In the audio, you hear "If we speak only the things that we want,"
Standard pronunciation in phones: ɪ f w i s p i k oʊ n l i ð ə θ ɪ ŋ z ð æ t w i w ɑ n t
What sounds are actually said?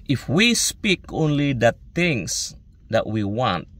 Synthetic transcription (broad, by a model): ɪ f w i s p i k oʊ n l i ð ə t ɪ ŋ s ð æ t w i w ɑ n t